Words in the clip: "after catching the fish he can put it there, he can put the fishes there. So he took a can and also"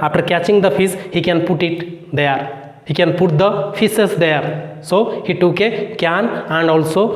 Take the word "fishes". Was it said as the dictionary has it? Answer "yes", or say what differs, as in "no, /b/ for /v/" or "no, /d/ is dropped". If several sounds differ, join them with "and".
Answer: no, /s/ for /ʃ/